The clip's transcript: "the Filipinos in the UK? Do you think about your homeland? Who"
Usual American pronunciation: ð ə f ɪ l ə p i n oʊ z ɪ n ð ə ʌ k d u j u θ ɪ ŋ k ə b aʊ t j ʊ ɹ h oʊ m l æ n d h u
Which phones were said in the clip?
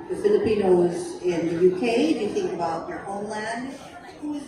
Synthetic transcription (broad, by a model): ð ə f ɪ l ə p i n oʊ z ɪ n ð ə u k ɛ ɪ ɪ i θ ɪ ŋ k ə b aʊ t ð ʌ ɹ h oʊ m l æ n d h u